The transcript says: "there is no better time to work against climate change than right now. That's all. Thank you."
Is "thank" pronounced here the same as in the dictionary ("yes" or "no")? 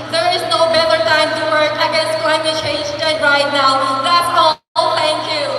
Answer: no